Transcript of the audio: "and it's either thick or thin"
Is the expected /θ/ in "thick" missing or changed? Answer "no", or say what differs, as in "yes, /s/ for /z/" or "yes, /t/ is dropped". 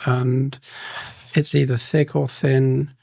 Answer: no